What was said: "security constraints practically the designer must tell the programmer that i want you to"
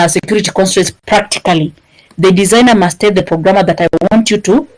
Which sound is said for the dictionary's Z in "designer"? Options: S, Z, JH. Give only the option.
Z